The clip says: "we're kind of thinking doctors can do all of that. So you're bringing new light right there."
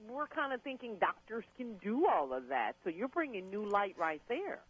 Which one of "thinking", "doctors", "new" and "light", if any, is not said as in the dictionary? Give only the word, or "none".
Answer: none